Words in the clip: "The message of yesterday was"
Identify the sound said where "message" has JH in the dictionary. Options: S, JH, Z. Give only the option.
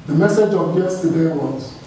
JH